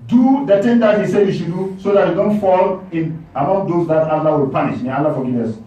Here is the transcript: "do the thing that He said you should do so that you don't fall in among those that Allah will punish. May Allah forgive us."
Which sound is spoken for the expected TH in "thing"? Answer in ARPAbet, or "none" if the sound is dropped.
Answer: T